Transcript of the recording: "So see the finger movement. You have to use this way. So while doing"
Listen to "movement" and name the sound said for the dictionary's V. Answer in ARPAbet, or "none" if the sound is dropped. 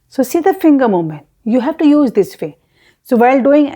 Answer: none